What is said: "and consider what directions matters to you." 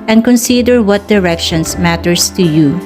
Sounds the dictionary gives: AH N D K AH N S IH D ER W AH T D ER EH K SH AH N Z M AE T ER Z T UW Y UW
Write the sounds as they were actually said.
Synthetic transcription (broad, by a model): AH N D K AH N S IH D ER W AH T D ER EH K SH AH N S M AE T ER S T UW Y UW